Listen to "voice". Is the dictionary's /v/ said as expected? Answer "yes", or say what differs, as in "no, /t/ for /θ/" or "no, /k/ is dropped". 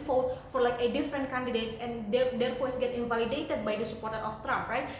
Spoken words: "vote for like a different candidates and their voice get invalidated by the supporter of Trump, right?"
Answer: no, /f/ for /v/